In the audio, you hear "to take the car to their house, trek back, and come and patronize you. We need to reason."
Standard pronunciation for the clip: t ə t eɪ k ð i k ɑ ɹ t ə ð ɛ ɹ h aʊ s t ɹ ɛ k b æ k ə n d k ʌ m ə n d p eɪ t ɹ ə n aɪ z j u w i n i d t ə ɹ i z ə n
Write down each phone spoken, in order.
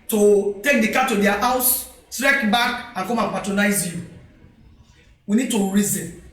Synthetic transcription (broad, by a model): t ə t eɪ k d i k ɑ t ə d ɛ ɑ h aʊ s t ɹ ɛ k b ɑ k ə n k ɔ m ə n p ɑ t ɹ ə n aɪ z j u w i n i d t ə ɹ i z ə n